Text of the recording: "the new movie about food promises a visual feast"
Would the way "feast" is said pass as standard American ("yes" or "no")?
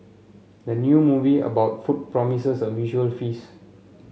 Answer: no